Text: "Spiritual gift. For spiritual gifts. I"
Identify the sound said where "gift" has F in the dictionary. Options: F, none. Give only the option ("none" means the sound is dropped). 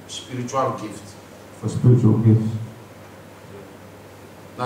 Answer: F